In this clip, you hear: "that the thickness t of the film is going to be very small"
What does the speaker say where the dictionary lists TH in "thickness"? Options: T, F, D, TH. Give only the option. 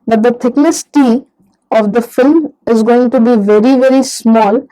T